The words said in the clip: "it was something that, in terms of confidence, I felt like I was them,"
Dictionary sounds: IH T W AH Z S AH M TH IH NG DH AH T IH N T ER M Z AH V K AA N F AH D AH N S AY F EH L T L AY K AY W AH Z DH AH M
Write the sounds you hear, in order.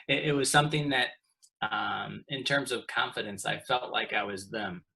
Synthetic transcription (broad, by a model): IH T W AH Z S AH M TH IH NG DH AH T IH N T ER M Z AH V K AA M F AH D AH N S AY F EH L T L AY K AY W AH Z DH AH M